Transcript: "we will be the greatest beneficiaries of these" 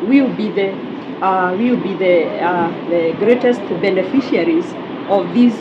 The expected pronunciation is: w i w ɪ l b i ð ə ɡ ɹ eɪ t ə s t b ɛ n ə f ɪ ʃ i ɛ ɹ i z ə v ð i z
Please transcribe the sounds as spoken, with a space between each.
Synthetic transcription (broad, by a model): w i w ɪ w b i ð ə ɡ ɹ eɪ t ə s t b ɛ n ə f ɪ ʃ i ɹ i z ə v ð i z